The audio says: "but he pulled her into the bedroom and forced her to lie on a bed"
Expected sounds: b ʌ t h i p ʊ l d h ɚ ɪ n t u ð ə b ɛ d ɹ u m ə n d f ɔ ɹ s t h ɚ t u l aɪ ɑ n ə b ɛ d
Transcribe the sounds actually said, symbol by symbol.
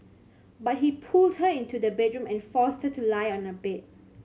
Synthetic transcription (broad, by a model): b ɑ t h i p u l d h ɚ ɪ n t u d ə b ɛ d ɹ u m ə n f ɔ s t h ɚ t u l aɪ ɑ n ə b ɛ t